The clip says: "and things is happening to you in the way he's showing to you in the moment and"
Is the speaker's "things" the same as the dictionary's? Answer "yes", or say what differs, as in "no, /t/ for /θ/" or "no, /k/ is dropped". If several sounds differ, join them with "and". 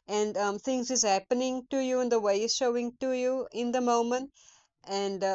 no, /t/ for /θ/